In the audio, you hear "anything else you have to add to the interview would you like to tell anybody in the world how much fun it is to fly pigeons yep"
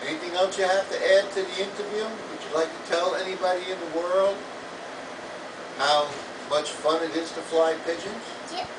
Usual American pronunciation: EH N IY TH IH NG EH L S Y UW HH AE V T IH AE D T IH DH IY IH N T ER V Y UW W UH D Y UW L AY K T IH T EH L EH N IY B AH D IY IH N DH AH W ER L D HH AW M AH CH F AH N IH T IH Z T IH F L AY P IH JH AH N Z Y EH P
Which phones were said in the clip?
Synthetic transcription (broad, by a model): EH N IY TH IH NG EH L S Y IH HH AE F T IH AE D T IH DH IY IH N T ER V Y UW W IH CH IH L AY K T IH T EH L EH N IY B AH D IY IH N DH AH W ER L D HH AW M AH CH F AH N IH T IH Z T IH F L AY P IH JH AH N Z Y